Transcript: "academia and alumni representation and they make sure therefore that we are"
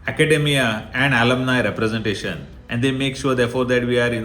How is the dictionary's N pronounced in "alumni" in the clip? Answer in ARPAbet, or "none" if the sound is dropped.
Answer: N